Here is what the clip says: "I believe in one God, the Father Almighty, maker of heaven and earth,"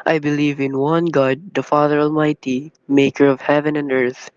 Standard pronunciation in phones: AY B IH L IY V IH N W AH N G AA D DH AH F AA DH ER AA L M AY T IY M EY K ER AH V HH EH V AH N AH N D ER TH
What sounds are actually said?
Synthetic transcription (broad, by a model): AY B IH L IY V IH N W AH N G AA D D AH F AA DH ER AA L M AY T IY M EY K ER AH V HH EH V AH N AH N D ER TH